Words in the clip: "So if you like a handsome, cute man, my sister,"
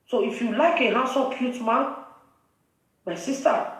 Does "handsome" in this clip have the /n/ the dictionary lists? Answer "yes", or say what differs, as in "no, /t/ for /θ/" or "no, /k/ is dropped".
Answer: no, /n/ is dropped